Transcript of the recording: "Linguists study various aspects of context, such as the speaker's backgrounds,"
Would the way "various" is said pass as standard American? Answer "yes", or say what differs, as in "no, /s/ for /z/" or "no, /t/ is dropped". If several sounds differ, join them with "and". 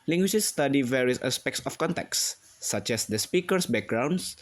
yes